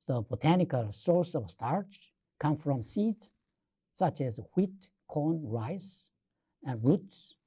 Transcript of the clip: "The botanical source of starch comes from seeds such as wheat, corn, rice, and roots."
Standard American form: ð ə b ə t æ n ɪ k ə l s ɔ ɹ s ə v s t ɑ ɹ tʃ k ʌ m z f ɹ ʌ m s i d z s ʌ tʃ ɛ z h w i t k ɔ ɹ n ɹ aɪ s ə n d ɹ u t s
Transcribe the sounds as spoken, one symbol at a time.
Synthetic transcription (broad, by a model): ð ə b ə t æ n ɪ k ə l s ɔ ɹ s ə v s t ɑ ɹ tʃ k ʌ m f ɹ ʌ m s i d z s ʌ tʃ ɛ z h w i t k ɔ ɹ n ɹ aɪ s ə n ɹ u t s